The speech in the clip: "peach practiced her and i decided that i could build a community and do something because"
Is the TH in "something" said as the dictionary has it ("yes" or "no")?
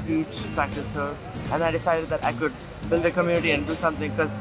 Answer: no